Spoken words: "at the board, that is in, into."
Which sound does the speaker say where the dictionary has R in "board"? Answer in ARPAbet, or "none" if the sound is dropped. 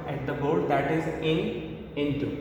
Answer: L